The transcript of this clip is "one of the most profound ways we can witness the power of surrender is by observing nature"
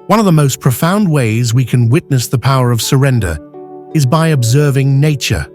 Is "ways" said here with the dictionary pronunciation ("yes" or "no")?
yes